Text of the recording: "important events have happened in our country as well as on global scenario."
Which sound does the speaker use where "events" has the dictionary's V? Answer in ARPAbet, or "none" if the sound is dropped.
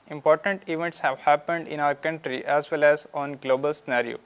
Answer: V